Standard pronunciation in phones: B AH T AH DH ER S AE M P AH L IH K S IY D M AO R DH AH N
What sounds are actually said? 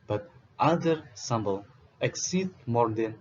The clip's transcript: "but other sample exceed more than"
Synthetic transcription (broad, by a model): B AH T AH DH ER S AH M B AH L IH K S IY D M AO R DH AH N